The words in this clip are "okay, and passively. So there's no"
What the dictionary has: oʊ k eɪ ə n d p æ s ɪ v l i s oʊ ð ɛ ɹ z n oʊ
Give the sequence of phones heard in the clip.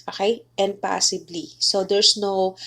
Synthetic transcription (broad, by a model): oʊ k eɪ ə n d p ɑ s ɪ b l i s oʊ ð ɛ ɹ s n oʊ